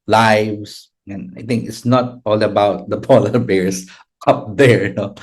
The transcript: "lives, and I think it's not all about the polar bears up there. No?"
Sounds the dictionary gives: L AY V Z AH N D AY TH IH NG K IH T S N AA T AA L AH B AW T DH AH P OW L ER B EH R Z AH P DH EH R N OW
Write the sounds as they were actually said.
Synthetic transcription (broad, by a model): L AY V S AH N AY T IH NG K IH T S N AA T AA L AH B AW T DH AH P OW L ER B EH R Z AH P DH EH R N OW